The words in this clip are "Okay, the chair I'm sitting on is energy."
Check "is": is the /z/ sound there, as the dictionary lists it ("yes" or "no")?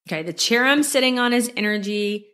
yes